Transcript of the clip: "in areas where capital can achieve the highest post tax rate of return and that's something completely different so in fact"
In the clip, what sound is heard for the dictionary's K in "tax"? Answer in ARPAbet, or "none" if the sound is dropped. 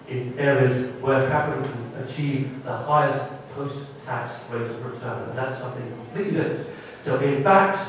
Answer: K